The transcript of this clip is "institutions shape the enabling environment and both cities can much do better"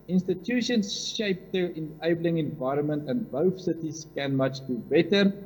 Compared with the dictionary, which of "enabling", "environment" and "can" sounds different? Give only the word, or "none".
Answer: none